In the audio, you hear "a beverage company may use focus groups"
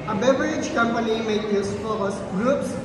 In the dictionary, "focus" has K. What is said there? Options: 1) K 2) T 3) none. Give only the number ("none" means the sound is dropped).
3